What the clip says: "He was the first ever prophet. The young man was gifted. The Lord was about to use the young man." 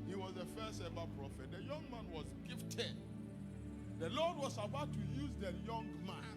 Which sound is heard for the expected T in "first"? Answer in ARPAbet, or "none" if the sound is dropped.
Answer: none